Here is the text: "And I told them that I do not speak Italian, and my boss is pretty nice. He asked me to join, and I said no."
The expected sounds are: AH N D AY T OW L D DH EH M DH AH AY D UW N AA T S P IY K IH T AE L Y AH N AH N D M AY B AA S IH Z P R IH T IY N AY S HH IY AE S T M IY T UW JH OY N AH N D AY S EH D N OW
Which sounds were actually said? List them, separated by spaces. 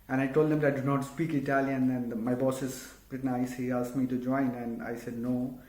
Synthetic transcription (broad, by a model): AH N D AY T OW L D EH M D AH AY D UW N AA T S P IY K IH T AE L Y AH N AH N D M AY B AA S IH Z B R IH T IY N AY S HH IY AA S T M IY T UW JH OY N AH N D AY S EH D N OW